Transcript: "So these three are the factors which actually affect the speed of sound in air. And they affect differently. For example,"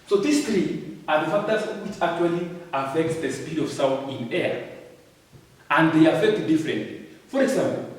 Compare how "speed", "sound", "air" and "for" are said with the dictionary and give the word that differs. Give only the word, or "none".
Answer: sound